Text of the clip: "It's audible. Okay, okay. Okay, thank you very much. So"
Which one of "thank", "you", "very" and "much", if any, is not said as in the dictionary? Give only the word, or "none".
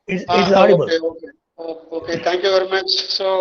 thank